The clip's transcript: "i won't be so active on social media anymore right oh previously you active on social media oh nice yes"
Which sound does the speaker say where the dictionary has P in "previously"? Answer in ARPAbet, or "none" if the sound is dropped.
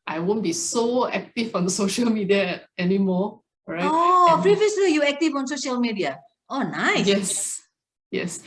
F